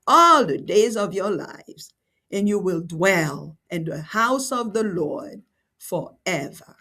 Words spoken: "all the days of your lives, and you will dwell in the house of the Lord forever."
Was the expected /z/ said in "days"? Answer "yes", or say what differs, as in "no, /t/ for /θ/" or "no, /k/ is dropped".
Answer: yes